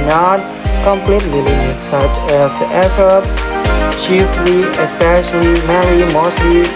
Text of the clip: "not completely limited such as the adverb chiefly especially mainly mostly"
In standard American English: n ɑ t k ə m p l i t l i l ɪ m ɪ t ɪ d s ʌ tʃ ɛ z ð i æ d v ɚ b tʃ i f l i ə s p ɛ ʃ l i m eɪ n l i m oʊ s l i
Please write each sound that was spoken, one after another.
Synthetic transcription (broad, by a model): n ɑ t k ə m p l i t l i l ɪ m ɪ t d s ʌ tʃ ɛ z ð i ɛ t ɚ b tʃ i f l i ə s p ɛ ʃ l i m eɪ l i m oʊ s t i